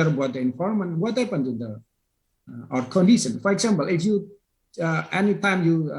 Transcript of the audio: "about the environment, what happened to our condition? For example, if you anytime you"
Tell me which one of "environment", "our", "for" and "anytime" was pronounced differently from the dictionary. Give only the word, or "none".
environment